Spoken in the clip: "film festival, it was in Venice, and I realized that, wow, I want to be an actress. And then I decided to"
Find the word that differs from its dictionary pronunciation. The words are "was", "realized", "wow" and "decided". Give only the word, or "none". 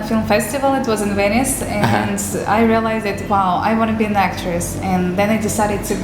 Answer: none